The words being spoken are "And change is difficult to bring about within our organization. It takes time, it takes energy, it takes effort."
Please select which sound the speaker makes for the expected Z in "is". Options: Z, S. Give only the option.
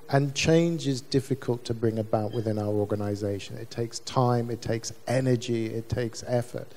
Z